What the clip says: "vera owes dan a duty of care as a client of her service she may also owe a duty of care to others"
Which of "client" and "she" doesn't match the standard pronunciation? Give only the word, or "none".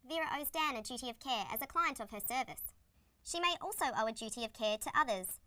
none